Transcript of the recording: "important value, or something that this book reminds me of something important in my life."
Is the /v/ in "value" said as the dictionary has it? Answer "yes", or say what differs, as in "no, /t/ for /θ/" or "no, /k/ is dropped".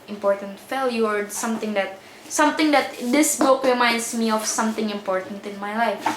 no, /f/ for /v/